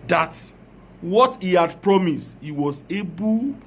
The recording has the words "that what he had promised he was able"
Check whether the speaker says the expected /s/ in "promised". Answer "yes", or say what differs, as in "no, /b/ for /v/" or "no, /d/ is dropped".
yes